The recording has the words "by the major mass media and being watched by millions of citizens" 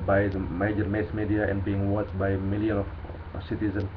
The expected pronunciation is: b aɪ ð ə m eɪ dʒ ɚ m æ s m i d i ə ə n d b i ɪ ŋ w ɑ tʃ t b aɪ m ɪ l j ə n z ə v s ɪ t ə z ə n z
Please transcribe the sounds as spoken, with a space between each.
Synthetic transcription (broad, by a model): b aɪ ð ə m eɪ dʒ ɚ m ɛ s m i d i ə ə n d b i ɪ ŋ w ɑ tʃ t b aɪ m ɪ l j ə n ə f s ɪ t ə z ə n